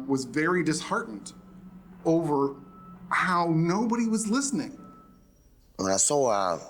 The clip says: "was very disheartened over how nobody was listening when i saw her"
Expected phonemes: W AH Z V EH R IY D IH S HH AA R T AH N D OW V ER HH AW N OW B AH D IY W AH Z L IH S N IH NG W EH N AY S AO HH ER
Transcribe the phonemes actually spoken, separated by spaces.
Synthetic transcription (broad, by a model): W AH Z V EH R IY D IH S HH AA R T N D OW V ER HH AW N OW B AH D IY W AH Z L IH S N IH NG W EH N AY S AO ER